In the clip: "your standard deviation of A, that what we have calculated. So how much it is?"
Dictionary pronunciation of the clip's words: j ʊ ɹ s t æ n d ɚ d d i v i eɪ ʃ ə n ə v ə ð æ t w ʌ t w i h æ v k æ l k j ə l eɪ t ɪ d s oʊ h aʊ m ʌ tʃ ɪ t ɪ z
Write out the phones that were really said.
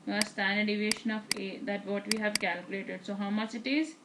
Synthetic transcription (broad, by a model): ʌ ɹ s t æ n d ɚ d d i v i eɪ ʃ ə n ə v ə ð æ t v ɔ t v i h æ v k æ l k j ə l eɪ t ɪ d s oʊ h aʊ m ʌ tʃ ɪ t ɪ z